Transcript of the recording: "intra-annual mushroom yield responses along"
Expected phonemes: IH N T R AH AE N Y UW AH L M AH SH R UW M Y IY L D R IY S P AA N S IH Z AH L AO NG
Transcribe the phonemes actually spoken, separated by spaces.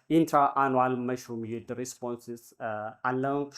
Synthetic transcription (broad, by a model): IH N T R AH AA N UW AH L M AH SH UW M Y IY D R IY S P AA N S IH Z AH L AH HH